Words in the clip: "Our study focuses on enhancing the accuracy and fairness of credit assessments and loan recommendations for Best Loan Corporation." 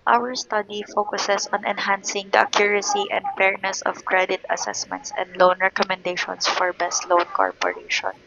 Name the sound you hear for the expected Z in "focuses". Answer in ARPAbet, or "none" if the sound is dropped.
S